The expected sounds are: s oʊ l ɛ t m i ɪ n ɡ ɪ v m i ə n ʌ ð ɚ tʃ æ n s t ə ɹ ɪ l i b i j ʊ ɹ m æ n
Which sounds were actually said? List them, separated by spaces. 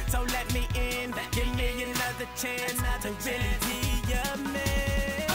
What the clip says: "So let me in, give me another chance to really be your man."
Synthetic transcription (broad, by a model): s oʊ l ɛ t m i ɪ n ɡ ɪ v m i ə n ʌ ð ɚ tʃ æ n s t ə w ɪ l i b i j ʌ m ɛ